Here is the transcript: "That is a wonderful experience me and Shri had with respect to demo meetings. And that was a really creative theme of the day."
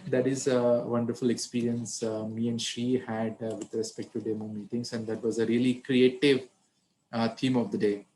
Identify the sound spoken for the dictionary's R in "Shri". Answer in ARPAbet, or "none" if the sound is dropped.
none